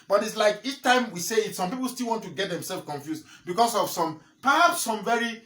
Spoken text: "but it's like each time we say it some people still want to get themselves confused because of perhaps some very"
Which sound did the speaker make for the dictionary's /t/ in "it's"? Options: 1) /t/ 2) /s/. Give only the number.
1